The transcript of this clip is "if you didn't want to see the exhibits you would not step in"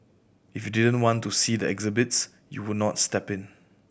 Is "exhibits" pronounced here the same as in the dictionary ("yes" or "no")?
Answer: yes